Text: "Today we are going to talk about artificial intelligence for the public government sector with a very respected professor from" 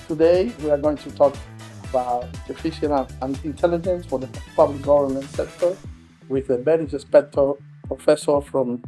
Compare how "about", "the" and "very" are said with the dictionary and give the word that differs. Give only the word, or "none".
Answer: very